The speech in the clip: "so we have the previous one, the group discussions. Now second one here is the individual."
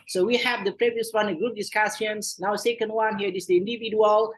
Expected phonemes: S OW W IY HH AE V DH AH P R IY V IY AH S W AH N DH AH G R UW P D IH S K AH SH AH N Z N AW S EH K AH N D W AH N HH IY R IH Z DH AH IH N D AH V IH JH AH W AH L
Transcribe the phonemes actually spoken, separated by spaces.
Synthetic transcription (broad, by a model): S OW W IY HH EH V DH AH P R IY V IY AH S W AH N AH G R UW P D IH S K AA S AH N S N AW S EH K AH N D W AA N HH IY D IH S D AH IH N D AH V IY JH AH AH L